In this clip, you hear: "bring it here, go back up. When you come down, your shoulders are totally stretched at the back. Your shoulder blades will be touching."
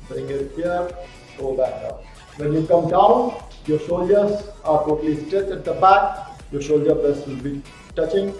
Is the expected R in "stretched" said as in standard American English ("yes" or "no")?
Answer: no